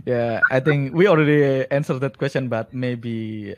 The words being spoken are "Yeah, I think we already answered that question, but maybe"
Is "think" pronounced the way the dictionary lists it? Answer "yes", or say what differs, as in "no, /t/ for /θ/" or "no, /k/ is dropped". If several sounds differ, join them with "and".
no, /t/ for /θ/